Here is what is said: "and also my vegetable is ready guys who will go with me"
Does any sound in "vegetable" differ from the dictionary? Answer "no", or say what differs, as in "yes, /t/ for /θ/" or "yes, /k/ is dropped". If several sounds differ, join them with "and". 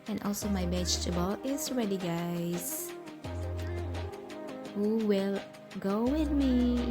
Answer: yes, /b/ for /v/